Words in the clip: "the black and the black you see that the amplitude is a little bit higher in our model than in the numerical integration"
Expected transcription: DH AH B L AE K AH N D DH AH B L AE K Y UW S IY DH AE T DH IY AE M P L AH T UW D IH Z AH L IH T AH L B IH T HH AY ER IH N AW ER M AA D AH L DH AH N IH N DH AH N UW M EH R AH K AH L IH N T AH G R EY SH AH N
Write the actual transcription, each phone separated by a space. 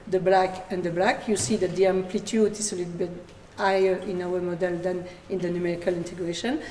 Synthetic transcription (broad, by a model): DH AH B L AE K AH N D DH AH B L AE K Y UW S IY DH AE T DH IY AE M P L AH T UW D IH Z AH L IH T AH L B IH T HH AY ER IH N AW ER M AA D AH L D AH N IH N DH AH N UW M EH R AH K AH L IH N T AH G R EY SH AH N